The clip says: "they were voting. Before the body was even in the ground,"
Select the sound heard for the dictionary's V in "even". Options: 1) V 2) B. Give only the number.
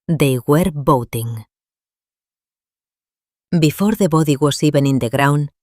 2